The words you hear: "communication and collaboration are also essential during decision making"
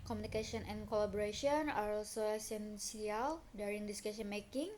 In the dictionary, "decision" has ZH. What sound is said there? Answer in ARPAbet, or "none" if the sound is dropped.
S